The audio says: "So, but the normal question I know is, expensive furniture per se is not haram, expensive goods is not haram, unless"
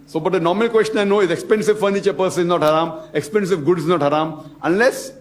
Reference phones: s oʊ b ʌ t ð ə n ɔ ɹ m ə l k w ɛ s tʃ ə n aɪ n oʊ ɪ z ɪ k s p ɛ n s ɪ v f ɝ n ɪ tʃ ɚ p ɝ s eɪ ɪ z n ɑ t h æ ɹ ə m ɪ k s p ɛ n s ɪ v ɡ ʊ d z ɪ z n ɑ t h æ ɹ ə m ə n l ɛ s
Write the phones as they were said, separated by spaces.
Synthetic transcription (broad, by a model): s oʊ b ʌ t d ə n ɔ ɹ m ə l k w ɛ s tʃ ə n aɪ n oʊ ɪ z ɪ k s p ɛ n s ɪ v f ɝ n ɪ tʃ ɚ p ɝ s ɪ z n ɑ t h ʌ ɹ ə m ɪ k s p ɛ n s ɪ v ɡ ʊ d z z n ɑ t h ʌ ɹ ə m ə n l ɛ s